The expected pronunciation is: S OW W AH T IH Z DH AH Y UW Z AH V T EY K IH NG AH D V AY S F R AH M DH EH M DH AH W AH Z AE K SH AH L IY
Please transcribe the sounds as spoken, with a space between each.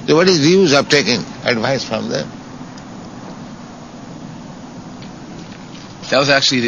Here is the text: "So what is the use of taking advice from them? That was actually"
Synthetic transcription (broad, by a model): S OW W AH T IH Z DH Y UW Z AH P T EY K IH NG AH D V AY S F R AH M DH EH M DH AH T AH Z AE K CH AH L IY